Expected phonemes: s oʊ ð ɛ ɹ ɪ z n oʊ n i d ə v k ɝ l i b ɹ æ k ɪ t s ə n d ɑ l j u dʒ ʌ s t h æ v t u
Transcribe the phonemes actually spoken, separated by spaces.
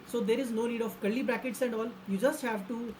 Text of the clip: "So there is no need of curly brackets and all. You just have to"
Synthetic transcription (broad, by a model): s oʊ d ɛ ɹ ɪ z n oʊ n i d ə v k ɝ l i b ɹ æ k ɪ t s ə n d ɑ l j u dʒ ʌ s t h æ v t u